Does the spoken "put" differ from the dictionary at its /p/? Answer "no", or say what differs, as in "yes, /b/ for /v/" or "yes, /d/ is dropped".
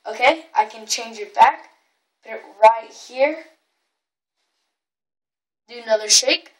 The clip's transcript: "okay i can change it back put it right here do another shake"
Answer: yes, /b/ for /p/